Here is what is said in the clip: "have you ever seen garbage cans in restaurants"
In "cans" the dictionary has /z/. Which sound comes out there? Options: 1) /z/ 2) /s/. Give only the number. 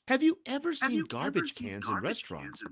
1